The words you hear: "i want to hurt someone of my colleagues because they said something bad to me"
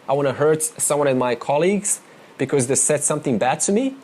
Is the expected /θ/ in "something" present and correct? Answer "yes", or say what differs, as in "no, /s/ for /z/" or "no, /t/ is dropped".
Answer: yes